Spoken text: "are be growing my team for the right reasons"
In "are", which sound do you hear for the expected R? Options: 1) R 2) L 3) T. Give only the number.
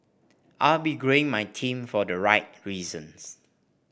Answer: 2